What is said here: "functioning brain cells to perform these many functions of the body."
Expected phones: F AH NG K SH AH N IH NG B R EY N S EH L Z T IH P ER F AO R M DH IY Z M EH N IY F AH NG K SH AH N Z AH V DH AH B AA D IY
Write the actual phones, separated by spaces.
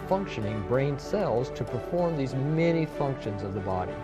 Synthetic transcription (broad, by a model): F AH NG K SH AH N IH NG B R EY N S EH L Z T IH P ER F AO R M DH IY Z M EH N IY F AH NG K SH AH N Z AH V DH AH B AA D IY